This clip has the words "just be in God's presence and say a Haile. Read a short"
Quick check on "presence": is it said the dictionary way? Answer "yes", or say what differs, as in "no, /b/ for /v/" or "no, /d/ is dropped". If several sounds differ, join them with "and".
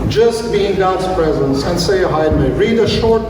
yes